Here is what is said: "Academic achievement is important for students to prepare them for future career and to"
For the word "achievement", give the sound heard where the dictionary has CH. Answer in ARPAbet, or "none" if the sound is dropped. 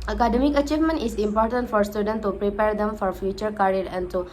CH